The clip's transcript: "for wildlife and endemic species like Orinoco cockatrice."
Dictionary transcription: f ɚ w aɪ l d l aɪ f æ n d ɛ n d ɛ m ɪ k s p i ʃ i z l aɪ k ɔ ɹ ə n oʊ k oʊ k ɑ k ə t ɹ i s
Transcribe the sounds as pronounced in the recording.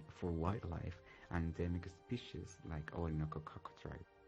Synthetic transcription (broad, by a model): f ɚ w aɪ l l aɪ f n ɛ n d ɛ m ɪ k s p i ʃ i z l aɪ k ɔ ə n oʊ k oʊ k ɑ k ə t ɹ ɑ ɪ